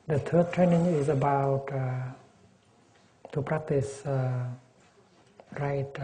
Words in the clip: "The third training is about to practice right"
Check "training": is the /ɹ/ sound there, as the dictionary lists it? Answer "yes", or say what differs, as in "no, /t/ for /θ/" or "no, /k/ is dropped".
yes